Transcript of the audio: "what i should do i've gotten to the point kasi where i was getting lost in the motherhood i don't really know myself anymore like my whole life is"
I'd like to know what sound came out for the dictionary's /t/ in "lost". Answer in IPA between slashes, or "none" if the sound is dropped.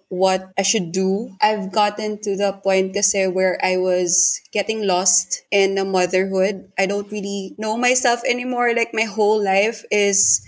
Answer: /t/